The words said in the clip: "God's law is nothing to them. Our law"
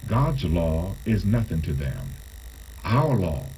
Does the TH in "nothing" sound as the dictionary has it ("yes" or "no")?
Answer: yes